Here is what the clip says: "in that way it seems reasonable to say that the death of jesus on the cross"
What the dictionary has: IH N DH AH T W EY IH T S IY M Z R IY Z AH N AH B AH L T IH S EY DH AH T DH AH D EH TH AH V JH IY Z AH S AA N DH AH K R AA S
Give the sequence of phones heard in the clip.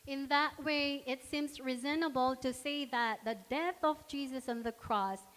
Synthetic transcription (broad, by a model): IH N DH AH T W EY IH T S IY M Z R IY Z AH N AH B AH L T IH S EY DH AH T DH AH D EH TH AH V JH IY Z AH S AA N DH AH K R AA S